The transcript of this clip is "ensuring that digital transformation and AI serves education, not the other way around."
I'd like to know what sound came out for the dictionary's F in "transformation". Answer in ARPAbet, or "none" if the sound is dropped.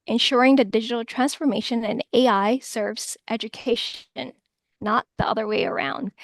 F